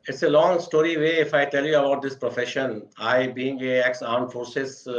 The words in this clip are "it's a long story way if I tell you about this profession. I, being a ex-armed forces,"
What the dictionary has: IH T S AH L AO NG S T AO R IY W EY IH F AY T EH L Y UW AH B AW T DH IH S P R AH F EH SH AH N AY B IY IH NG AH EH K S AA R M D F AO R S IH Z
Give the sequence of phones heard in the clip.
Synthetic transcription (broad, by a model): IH T S AH L AO NG S T AO R IY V EY IH F AY T EH L Y UW AH B AW T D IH S P R AH F EH SH AH N AY B IY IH NG AH EH K S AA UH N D F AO R S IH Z